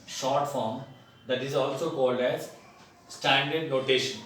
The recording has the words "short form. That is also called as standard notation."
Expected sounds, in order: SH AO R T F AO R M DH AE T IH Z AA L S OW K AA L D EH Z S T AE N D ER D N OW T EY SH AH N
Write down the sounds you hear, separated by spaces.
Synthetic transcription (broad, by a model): SH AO R T F AO R M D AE T IH Z AA L S OW K AA L D EH Z S T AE N D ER D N OW T EY SH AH N